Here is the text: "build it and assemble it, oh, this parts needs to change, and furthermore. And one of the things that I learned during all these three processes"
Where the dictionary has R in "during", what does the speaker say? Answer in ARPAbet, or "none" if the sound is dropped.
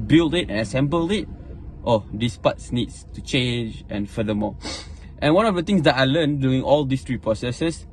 none